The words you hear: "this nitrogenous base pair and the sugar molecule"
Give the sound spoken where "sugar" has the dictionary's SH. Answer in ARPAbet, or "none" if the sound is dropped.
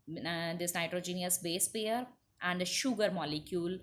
SH